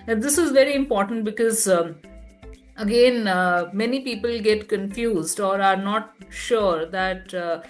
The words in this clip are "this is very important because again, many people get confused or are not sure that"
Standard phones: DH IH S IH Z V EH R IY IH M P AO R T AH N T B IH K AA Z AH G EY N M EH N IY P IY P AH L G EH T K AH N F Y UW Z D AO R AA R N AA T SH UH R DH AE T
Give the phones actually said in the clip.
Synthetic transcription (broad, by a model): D IH S IH Z V EH R IY IH M P AO R T AH N T B IH K AA Z AH G EY N M EH N IY P IY P AH L G EH T K AH N F Y UW Z D AO R AA R N AA T SH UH R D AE T